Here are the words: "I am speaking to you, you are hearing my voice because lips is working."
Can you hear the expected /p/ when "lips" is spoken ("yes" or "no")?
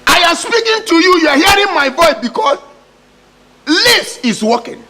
no